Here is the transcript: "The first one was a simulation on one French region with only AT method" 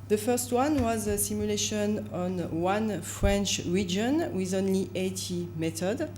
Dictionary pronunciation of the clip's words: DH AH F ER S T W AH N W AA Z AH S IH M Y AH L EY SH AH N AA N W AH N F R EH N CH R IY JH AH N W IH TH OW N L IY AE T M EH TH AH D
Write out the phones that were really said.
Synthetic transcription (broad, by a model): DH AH F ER S T W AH N W AA Z AH S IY M Y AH L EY SH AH N AA N W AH N F R EH N CH R IY JH AH N W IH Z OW N L IY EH T M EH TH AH D